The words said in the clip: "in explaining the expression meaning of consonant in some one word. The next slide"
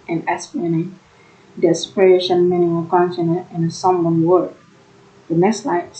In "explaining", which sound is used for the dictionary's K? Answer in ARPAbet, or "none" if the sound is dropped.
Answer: none